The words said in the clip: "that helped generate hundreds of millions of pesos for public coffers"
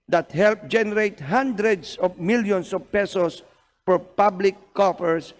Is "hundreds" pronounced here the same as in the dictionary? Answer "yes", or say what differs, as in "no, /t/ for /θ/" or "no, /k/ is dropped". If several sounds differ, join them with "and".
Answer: no, /s/ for /z/